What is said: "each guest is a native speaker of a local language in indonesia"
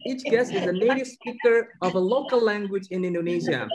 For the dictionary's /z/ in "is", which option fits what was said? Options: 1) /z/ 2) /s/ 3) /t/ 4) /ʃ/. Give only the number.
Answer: 1